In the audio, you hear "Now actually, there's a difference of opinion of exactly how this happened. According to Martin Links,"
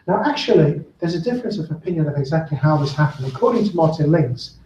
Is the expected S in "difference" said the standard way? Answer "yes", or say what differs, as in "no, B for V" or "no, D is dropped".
yes